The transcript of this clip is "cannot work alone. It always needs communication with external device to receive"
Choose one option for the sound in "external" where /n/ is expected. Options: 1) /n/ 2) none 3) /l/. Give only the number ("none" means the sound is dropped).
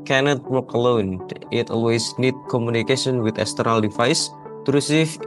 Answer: 2